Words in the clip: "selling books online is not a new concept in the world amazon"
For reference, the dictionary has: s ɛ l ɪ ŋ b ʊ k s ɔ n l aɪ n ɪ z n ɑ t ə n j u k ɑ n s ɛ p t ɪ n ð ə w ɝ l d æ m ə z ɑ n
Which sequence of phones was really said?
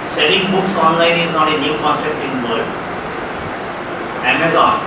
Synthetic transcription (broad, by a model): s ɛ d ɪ ŋ b ʊ k s ɔ n l aɪ n ɪ z n ɑ t ə n j u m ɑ s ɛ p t ɪ n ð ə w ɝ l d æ m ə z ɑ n